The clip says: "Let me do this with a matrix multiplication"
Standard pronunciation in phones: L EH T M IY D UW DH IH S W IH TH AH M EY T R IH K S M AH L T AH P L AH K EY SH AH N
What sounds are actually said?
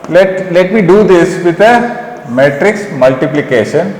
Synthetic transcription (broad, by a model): L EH T M IY D UW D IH S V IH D AH M EY T R IH K S M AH L T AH P L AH K EY SH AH N